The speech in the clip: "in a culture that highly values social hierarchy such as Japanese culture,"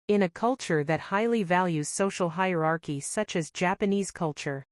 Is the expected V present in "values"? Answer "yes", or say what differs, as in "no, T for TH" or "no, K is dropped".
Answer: yes